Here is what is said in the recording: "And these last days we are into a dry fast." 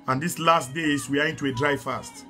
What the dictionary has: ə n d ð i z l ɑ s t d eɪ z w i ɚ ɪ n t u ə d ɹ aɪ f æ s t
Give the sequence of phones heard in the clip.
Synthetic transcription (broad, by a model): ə n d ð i s l ɑ s t d eɪ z w i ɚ ɪ n t u ə d ɹ aɪ f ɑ s t